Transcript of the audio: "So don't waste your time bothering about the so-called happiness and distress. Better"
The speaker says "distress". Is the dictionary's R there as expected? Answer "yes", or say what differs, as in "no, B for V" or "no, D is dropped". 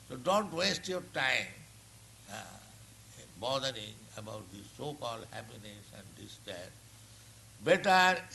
no, R is dropped